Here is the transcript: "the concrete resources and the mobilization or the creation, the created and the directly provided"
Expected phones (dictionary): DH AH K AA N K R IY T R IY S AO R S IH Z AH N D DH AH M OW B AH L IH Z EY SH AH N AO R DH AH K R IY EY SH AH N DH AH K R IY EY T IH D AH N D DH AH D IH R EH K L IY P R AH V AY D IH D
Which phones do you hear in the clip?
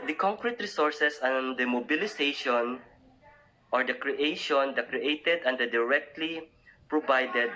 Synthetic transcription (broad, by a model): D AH K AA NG K R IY T R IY S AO R S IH S AH N D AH M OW B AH L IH S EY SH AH N AO R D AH K R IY EY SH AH N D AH K R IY EY T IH D AH N D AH D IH R EH K L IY P R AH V AY D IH D